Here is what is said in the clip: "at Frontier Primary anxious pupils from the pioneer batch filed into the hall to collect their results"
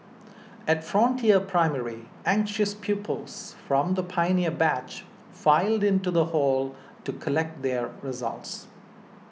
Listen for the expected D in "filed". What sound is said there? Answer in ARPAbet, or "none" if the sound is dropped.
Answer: D